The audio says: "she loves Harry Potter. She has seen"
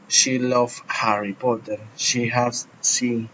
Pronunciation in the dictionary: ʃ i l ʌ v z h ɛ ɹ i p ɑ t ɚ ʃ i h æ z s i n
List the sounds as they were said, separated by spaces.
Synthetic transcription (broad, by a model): ʃ i l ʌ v h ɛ ɹ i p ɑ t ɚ ʃ i h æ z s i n